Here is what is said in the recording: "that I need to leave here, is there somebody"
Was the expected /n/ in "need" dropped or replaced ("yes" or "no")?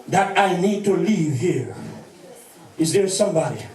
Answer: no